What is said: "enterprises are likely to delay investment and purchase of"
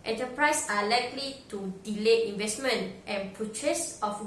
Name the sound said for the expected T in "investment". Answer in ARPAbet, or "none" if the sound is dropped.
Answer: T